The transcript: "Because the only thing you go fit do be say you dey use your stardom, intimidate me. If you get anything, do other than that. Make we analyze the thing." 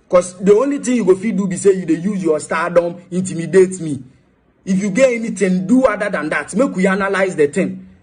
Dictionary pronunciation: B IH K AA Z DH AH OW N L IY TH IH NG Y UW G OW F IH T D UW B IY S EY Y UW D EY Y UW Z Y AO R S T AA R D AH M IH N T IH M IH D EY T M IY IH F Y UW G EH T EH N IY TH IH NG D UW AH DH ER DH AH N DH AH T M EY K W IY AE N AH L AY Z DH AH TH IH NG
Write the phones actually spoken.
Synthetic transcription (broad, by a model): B K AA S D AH OW N L IY T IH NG Y UW G OW F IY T D UW B IY S EY Y UW D EY Y UW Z Y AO S T AA D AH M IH N T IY M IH D EY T M IY IH F Y UW G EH EH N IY T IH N D UW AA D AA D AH N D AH T M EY K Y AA N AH L AY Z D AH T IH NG